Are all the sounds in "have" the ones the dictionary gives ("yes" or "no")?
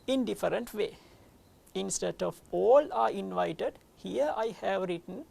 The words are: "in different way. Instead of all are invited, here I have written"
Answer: yes